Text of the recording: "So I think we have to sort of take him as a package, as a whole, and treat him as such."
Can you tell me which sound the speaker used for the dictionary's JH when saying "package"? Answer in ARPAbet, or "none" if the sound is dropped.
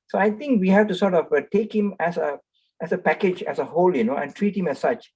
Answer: JH